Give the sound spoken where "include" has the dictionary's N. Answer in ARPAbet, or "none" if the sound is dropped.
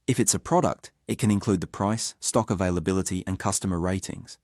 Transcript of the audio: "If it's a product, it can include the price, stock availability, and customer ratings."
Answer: N